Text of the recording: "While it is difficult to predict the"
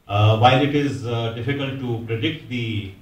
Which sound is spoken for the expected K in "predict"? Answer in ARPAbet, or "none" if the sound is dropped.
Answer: K